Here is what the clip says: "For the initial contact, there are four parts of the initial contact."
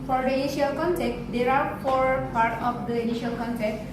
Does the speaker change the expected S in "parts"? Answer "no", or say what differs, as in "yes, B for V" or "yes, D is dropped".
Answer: yes, S is dropped